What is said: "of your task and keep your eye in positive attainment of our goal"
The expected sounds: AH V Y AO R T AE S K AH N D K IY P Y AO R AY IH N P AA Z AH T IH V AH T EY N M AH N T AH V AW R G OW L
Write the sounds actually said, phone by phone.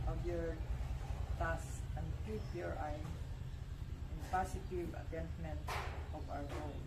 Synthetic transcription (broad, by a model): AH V Y AO R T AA S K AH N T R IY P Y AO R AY IH N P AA S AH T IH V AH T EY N M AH N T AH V AW R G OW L